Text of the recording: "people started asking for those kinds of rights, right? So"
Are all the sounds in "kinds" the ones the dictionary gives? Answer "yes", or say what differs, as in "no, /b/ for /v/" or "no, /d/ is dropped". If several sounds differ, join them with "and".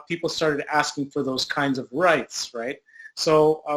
yes